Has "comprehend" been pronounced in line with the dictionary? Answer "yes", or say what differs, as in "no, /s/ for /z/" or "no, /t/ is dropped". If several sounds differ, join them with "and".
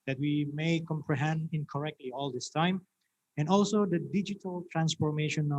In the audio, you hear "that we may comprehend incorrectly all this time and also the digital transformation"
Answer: yes